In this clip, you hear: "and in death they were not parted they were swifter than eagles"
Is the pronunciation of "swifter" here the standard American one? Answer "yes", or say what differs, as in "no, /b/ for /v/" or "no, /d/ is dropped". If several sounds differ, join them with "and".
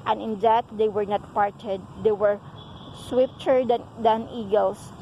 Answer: no, /p/ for /f/